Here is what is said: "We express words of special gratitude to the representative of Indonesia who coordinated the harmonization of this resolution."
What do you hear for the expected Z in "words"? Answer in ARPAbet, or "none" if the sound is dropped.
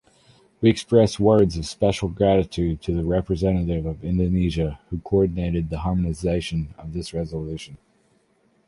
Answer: Z